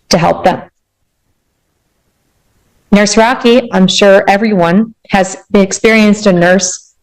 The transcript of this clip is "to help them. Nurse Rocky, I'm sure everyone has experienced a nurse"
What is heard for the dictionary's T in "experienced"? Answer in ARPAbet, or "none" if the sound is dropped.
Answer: T